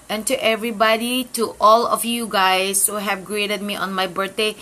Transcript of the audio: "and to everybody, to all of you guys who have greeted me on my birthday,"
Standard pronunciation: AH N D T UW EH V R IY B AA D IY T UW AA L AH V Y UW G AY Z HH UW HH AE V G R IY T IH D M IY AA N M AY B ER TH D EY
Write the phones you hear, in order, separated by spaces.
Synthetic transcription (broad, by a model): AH N T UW EH V R IY B AA D IY T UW AA L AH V Y UW G AY S HH UW HH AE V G R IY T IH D M IY AA N M AY B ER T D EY